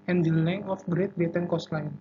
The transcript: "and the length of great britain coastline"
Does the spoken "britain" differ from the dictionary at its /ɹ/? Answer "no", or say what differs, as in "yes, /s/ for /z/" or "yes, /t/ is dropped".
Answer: yes, /ɹ/ is dropped